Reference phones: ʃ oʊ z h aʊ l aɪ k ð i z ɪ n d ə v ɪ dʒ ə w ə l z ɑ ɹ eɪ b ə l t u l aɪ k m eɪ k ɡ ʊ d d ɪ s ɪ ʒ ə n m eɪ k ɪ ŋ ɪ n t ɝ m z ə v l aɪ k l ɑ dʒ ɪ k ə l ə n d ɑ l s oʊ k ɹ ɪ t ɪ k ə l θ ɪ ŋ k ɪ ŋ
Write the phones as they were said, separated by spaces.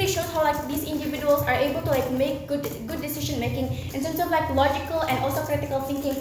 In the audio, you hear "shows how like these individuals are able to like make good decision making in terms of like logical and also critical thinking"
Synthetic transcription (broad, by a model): ʃ oʊ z h aʊ l aɪ k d i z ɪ n d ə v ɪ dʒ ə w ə l s ɑ ɹ eɪ b ə l t u l aɪ k m eɪ k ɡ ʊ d d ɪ s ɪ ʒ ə n m eɪ k ɪ ŋ ɪ n s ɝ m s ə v l aɪ k l ɑ dʒ ɪ k ə l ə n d ɑ l s oʊ k ɹ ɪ t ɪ k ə l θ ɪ ŋ k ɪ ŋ